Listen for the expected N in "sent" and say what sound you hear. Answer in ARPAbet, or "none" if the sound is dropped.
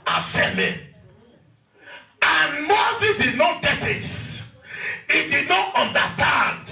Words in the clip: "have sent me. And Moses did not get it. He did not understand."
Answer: none